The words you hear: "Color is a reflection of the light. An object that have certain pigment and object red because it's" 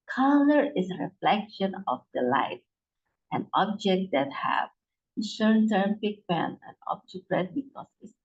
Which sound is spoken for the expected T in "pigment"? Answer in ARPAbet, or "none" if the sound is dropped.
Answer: none